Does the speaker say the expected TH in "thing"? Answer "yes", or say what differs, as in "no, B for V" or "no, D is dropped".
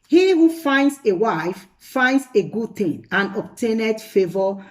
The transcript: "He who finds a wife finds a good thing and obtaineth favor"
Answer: no, T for TH